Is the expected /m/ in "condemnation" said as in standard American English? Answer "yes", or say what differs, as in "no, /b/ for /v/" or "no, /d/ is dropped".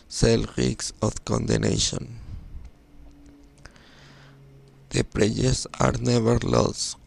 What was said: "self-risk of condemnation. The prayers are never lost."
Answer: no, /m/ is dropped